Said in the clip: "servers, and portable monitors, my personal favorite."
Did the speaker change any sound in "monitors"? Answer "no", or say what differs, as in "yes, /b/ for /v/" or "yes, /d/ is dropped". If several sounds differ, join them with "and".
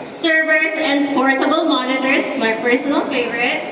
yes, /s/ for /z/